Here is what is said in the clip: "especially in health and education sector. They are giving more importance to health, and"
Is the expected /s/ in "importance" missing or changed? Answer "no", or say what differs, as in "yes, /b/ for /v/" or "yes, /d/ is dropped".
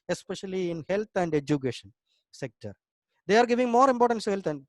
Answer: yes, /s/ is dropped